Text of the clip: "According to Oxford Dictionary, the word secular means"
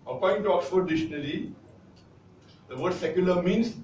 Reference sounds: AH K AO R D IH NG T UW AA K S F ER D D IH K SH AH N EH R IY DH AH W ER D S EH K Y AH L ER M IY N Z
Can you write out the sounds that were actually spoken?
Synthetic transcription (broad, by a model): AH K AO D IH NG T UW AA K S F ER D D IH SH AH N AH L IY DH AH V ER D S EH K Y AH L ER M IY N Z